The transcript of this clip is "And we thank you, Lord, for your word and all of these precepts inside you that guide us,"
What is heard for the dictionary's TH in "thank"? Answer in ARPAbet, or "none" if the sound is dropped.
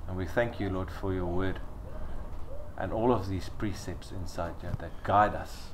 TH